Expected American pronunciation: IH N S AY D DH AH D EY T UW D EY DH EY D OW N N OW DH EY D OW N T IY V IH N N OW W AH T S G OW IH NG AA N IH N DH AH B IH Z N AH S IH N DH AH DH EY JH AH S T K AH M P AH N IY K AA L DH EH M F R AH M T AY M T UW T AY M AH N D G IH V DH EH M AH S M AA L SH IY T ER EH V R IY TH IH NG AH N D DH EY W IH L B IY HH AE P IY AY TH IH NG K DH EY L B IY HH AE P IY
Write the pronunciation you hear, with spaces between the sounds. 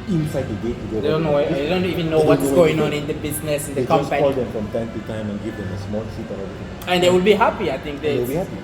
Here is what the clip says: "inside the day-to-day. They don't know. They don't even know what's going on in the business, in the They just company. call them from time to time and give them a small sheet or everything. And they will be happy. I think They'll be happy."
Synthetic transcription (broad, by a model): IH N S AY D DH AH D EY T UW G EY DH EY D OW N N OW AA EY D OW N T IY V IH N N OW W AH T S G OW IH NG AA N IH N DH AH B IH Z N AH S IH N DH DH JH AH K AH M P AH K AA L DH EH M F R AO M T AY M T UW T AY M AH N G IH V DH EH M AH S M AA L S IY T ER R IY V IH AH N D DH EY W IH L B IY HH AE P IY AY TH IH NG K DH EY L B IY HH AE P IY